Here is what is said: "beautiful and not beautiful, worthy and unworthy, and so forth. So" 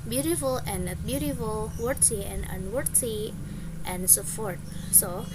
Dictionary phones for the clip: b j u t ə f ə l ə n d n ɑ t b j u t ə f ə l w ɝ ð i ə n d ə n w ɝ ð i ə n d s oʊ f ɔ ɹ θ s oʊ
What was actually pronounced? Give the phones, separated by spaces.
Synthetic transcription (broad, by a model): b j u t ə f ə l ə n n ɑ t b j u t ə f ə l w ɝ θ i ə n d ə n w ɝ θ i ə n d s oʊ p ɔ ɹ t s oʊ